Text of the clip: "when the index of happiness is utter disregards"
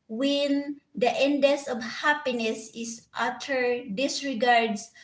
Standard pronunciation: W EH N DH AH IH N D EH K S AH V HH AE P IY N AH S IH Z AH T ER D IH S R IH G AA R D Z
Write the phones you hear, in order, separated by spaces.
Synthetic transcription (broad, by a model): W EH N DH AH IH N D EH S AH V HH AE P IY N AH S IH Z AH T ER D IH S R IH G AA R D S